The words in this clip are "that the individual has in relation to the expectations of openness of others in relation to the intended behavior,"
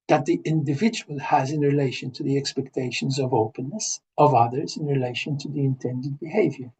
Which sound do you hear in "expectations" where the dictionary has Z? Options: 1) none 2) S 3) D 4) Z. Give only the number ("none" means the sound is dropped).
4